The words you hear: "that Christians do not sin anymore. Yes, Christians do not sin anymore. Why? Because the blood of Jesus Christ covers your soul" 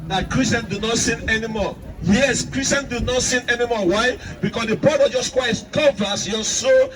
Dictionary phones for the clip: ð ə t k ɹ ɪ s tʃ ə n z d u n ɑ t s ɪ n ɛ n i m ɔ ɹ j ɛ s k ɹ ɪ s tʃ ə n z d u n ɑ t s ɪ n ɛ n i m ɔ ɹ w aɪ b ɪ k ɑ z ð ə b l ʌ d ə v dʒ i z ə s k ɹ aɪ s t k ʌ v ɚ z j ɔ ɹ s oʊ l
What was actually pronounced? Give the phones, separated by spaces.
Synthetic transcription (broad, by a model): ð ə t k ɹ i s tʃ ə n d u n ɑ t s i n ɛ n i m ɔ j ɛ s k ɹ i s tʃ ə n d u n ɑ t s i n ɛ n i m ɔ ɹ w aɪ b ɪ k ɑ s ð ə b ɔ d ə dʒ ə s k w aɪ t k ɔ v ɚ s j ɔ s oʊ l